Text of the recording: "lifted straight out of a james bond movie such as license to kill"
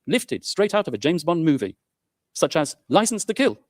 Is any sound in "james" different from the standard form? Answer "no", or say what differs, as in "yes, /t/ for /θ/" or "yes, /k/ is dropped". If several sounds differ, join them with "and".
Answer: no